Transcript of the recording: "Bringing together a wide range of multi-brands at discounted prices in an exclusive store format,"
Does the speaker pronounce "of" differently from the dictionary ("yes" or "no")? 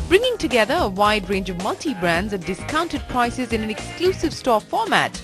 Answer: no